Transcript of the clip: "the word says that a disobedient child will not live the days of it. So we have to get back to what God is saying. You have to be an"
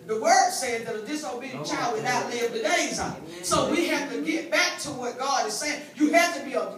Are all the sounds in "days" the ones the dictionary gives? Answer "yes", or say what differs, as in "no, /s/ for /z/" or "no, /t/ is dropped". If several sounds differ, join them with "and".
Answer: no, /z/ is dropped